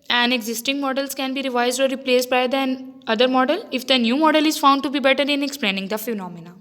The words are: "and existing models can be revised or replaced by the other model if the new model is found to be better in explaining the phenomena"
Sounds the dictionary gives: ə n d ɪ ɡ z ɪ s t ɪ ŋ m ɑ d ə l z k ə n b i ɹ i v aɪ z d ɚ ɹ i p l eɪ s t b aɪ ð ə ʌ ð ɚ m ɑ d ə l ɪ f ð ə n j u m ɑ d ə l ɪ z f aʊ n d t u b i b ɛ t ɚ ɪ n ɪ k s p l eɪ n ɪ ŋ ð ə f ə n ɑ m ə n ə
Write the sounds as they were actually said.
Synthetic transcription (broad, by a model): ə n d ɪ ɡ z ɪ s t ɪ ŋ m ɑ d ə l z k ə n b i ɹ i v aɪ z d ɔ ɹ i p l eɪ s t b aɪ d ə ʌ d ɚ m ɑ d ə l ɪ f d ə n j u m ɑ d ə l ɪ z f aʊ n d t u b i b ɛ t ɚ ɪ n ɪ k s p l eɪ n ɪ ŋ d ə f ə n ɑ m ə n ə